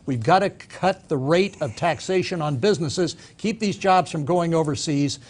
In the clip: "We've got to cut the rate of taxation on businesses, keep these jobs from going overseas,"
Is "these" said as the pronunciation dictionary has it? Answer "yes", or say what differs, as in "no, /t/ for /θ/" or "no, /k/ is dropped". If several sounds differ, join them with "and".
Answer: yes